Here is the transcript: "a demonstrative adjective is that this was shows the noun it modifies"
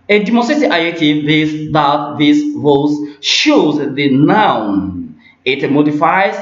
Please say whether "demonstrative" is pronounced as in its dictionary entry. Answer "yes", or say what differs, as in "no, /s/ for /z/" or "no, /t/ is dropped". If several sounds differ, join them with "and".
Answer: no, /v/ is dropped